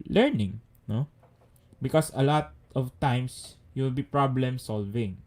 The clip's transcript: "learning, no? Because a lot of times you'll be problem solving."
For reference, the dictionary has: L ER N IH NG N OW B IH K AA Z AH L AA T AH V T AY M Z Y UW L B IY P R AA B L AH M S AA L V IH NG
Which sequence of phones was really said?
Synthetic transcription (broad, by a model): L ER N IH NG N OW B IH K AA S AH L AA T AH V T AY M S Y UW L B IY P R AA B L AH M S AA L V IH NG